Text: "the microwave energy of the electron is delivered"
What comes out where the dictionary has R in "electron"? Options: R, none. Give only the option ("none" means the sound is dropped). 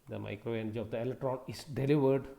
R